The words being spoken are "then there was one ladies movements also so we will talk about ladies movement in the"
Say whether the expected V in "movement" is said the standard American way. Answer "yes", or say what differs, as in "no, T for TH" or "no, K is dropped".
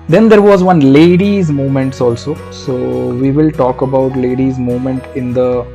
no, V is dropped